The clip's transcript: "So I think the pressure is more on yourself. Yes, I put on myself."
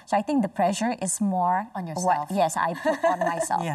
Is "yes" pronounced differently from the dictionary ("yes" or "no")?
no